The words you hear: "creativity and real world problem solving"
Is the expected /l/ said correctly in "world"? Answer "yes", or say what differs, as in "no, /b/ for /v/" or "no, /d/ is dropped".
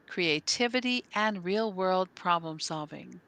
yes